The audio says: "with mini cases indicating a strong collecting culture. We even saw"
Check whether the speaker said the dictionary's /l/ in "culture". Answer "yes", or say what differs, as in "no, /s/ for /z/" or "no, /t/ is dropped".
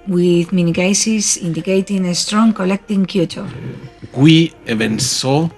no, /l/ is dropped